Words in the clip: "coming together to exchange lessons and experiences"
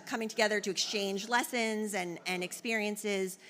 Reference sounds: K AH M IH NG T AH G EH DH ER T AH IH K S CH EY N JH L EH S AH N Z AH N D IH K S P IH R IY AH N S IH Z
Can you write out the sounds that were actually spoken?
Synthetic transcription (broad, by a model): K AH M IH NG T AH G EH DH ER T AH IH K S CH EY N JH L EH S AH N Z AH N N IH K S P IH R IY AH N S IH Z